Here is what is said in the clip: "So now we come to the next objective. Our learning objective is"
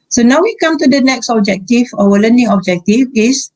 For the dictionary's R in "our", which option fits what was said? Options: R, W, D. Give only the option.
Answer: W